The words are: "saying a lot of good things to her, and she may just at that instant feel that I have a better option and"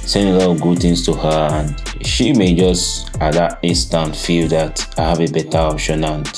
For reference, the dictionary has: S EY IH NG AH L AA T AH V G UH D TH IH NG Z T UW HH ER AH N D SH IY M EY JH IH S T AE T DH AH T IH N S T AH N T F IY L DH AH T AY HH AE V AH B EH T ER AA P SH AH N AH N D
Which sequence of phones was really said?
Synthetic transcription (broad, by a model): S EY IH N AH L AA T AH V G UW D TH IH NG S T UW HH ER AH N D SH IY M EY JH IH S T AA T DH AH T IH N S T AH N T F IY L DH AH T AY HH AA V AH B EH T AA AA P SH AH N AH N